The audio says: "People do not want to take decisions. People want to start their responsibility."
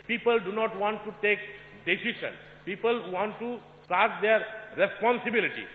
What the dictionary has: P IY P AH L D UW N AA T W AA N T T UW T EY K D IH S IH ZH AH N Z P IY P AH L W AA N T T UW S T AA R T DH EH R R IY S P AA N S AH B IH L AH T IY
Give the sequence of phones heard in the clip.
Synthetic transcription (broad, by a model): P IY P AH L D UW N AA T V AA N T T UW T EY K D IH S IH SH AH N P IY P AH L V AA N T T UW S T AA R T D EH R R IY S P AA N S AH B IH L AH T IY